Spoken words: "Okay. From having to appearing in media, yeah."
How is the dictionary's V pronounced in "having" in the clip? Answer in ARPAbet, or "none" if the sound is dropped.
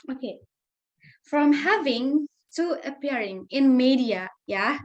V